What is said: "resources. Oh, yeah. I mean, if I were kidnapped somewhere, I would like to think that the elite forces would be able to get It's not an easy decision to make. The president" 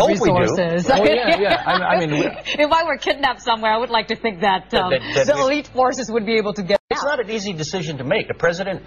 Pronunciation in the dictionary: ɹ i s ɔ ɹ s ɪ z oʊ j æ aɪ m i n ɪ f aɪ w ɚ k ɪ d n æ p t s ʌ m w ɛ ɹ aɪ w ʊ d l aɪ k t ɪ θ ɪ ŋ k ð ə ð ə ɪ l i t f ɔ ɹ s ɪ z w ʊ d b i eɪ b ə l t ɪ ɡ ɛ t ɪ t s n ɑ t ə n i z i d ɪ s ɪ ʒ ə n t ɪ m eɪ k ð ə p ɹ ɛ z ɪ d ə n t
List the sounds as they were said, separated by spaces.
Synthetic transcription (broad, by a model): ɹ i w ɔ ɹ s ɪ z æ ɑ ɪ aɪ m i n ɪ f aɪ w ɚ k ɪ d n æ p s ʌ m w ɛ ɹ aɪ w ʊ d l aɪ k t ɪ θ ɪ ŋ k ð ə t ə ɪ l i t f ɔ ɹ s ɪ z w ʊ d b i eɪ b l t ɪ ɡ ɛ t ɪ t s n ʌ t ə n i z i d ɪ s ɪ ʒ ə n t ɪ m eɪ k ð ə p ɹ ɛ z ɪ d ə n t